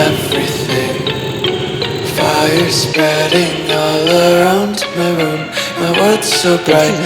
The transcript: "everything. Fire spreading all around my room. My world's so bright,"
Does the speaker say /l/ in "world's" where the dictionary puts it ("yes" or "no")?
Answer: no